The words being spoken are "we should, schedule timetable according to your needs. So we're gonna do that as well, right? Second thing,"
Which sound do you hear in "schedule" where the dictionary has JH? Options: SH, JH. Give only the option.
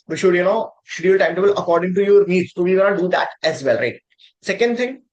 SH